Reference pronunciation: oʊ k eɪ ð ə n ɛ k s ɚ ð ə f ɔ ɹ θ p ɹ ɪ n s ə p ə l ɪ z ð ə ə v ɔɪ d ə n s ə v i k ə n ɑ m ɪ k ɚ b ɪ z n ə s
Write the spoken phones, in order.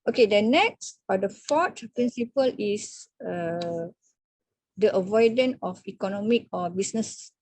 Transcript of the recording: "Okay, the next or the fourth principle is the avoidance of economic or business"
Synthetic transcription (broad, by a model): oʊ k eɪ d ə n ɛ k s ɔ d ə f ɔ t p ɹ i n s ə p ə l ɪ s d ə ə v ɔɪ d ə n ə f i k ə n ɑ m ɪ k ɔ b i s n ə s